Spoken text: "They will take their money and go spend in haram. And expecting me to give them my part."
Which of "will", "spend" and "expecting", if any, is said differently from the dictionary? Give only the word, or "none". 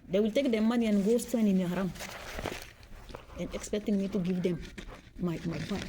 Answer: spend